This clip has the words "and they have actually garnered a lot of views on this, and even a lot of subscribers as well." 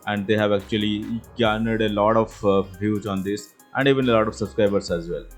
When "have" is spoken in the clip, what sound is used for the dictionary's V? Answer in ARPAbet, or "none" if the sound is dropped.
V